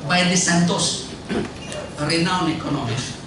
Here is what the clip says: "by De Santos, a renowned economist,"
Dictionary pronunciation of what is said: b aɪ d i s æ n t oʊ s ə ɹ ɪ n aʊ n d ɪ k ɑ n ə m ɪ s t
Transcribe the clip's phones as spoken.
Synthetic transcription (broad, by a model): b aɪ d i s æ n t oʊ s ɹ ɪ n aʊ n ɪ k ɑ n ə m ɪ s